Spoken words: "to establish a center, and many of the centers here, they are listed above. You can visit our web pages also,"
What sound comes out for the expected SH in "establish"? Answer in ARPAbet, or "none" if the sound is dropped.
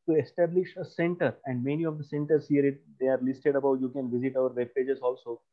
SH